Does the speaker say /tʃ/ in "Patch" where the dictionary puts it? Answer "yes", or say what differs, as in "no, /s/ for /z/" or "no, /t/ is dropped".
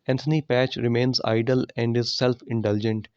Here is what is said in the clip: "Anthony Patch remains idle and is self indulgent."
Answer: yes